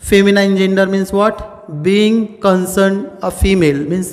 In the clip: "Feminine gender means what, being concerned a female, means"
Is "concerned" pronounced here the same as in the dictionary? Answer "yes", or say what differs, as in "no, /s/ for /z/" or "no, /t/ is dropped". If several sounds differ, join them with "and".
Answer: yes